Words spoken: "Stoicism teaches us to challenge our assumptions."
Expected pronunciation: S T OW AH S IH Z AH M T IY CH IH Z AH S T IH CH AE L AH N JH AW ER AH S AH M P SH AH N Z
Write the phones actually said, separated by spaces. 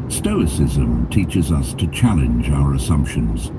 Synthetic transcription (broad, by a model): S T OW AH S IH Z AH M T IY CH IH Z AH S T IH CH AE L AH N JH AW ER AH S AH M P SH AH N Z